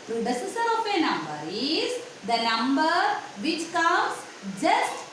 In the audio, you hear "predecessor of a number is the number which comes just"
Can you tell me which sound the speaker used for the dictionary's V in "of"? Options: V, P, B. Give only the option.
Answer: P